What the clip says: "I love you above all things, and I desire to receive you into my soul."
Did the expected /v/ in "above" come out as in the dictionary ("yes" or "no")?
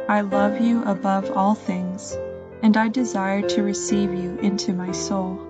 yes